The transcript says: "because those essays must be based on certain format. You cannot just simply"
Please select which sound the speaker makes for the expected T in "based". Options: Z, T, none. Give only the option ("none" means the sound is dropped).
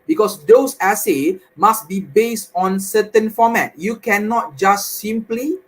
T